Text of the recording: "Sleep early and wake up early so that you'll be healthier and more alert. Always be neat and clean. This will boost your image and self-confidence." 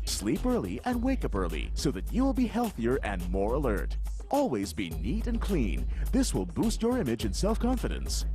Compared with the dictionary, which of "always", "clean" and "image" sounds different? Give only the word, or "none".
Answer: none